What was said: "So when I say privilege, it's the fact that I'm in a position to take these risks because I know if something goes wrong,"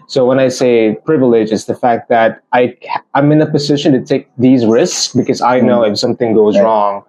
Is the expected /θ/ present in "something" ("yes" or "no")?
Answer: yes